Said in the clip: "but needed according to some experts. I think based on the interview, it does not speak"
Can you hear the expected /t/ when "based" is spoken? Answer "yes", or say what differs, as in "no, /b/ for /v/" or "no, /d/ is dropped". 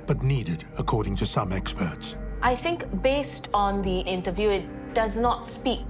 yes